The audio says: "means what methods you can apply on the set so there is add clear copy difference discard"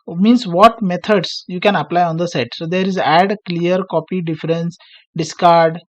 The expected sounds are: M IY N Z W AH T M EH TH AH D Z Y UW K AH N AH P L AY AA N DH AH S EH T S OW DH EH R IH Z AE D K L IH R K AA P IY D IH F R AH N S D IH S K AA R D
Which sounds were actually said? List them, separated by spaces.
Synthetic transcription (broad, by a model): M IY N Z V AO T M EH T AH D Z Y UW K AH N AH P L AY AA N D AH S EH T S OW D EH R IH Z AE D K L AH R K AA P IY D IH F R AH N S D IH S K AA R D